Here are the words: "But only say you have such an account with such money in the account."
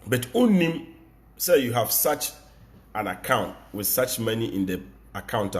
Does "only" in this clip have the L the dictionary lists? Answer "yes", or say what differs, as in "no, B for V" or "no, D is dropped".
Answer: no, L is dropped